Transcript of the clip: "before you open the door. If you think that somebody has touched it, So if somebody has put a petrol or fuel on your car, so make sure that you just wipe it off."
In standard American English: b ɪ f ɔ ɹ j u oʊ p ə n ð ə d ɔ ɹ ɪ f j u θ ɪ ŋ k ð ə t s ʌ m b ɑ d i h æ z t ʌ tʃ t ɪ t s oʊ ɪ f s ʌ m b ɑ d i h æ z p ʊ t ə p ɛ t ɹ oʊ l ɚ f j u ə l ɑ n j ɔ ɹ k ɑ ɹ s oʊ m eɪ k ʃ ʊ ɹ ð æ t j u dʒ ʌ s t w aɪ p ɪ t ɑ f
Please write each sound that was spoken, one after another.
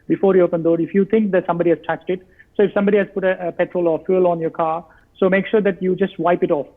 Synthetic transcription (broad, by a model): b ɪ f ɔ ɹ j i oʊ p ə n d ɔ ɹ ɪ f j u t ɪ ŋ k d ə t s ʌ m b ɑ d i h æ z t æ s t ɪ t s oʊ ɪ f s ʌ m b ɑ d i h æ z p ʊ t ə p ɛ t ɹ oʊ l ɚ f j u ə l ɑ n j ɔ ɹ k ɑ ɹ s oʊ m eɪ k ʃ ʊ ɹ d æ t j u dʒ ʌ s t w aɪ p ɪ t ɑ f